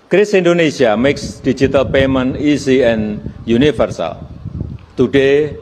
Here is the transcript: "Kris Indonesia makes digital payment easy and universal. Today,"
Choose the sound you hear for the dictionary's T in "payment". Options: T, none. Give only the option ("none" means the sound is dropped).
none